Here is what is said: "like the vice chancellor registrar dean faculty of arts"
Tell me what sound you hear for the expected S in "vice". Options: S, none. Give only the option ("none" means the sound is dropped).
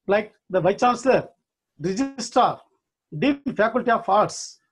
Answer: none